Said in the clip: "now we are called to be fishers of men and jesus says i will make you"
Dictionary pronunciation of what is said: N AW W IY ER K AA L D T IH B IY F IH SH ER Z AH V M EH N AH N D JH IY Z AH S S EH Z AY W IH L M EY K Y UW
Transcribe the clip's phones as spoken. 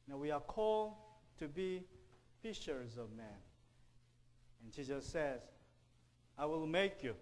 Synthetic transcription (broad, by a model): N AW W IY ER K AA L D T IH B IY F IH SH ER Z AH V M EH N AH N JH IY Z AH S S EH Z AY W IH L M EY K Y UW